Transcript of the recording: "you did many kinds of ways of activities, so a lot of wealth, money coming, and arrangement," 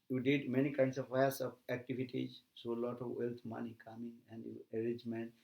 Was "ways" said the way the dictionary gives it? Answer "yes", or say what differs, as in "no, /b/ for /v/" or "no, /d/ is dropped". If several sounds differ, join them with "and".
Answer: no, /s/ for /z/